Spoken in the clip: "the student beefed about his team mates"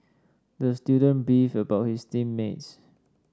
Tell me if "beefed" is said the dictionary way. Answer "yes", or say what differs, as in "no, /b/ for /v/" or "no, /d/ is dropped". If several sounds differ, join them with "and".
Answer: no, /t/ is dropped